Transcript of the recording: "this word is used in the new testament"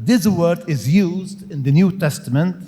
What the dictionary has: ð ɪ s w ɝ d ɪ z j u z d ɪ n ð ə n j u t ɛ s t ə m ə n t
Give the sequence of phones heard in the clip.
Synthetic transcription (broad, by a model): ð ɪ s w ɝ d ɪ z j u z d ɪ n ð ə n j u t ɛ s t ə m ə n t